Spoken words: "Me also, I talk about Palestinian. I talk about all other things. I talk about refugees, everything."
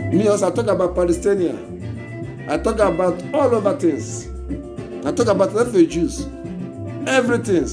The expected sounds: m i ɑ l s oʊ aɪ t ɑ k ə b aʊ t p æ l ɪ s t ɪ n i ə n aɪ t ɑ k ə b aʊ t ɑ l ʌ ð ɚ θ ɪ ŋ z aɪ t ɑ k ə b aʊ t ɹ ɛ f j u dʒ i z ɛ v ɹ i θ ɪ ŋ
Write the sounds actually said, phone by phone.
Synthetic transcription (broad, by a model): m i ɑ s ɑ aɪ t ɑ k ə b aʊ t p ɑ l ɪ s t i n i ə aɪ t ɑ k ə b aʊ t ɑ l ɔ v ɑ t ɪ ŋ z aɪ t ɑ k ə b aʊ t l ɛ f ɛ dʒ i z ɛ v ɹ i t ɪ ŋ